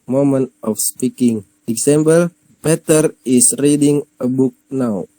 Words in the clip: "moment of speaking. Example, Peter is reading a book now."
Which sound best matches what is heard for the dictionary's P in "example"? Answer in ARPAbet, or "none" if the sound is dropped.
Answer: B